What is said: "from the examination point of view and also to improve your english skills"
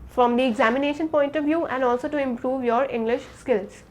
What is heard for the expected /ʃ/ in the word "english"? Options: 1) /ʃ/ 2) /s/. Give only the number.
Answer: 1